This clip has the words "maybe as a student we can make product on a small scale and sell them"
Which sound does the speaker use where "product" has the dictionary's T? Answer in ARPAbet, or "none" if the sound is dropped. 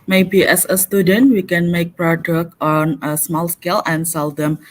none